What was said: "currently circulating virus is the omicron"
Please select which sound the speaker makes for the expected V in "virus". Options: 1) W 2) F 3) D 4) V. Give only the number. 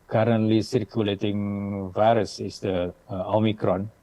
4